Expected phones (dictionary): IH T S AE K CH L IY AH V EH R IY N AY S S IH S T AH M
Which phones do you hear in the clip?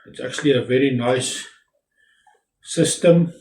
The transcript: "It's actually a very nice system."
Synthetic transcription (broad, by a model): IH T S AE K CH L IY AH V EH R IY N AY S S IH S T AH M